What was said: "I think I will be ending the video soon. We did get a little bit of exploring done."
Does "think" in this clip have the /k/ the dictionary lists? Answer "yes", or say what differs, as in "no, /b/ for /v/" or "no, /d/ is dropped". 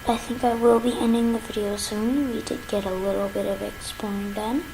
yes